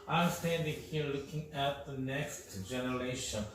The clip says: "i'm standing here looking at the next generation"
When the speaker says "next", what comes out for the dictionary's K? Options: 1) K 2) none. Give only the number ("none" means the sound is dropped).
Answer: 1